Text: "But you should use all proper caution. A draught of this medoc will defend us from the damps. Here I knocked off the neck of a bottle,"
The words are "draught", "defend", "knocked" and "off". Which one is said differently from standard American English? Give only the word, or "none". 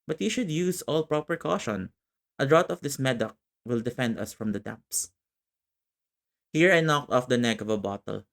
draught